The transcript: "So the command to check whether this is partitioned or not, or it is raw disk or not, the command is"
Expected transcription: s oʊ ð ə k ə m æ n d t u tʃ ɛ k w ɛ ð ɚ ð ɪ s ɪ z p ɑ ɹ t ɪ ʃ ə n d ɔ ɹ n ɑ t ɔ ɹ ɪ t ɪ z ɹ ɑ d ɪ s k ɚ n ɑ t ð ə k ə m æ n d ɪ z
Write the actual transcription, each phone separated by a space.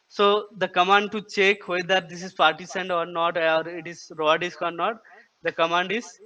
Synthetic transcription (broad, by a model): s oʊ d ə k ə m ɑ n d t u tʃ ɛ k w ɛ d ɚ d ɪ s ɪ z p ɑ ɹ t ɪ s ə n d ɔ ɹ n ɑ t ɔ ɹ ɪ t ɪ z ɹ ɑ d ɪ s k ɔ n ɑ t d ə k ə m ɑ n d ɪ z